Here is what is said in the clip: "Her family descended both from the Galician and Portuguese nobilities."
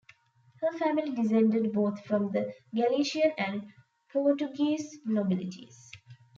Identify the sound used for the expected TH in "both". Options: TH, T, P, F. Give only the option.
T